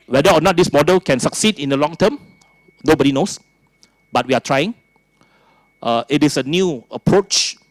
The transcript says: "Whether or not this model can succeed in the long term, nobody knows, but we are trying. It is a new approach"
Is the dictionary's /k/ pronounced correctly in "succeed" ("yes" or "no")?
yes